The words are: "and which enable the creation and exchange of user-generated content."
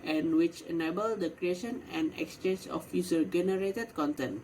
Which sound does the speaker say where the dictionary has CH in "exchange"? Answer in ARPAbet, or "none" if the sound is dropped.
CH